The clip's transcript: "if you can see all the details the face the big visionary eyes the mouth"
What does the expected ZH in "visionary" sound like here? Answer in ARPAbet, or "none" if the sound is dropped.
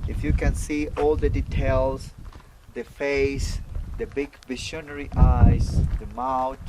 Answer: SH